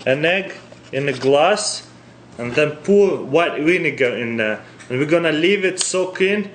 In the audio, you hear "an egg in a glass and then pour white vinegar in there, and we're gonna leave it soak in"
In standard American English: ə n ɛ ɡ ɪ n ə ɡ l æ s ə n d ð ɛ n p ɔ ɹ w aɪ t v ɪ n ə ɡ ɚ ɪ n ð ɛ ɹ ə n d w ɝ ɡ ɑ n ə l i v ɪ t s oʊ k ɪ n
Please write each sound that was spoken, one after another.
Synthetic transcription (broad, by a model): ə n ɛ ɡ ɪ n ə ɡ l æ s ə n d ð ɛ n p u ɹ w aɪ t w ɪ n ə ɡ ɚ ɪ n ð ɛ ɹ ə n w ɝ ɡ ɑ n ə l i v ɪ t s oʊ k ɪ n